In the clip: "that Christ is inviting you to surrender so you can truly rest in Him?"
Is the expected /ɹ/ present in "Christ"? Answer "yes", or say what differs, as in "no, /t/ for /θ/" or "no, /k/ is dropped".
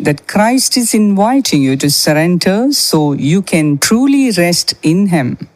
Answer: yes